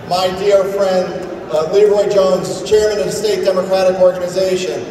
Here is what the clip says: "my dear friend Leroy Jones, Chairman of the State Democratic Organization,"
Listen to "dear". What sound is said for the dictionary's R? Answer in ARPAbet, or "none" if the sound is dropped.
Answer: R